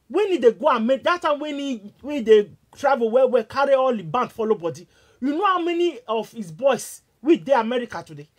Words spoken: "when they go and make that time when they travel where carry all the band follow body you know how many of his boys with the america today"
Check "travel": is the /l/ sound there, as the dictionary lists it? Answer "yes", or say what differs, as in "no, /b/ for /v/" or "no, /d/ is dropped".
no, /w/ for /l/